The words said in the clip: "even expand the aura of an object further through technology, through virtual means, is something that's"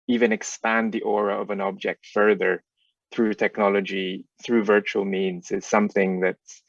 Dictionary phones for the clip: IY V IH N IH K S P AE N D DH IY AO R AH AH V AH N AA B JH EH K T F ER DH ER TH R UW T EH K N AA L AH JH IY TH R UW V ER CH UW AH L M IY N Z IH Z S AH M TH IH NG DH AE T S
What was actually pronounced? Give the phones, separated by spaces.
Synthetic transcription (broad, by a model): IY V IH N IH K S P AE N DH IY AO R AH AH V AH N AA B JH EH K T F ER DH ER TH R UW T EH K N AA L AH JH IY TH R UW V ER CH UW L M IY N Z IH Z S AH M TH IH NG DH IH T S